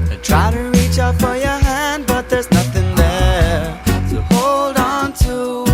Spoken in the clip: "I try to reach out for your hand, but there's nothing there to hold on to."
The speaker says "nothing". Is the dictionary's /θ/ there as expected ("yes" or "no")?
yes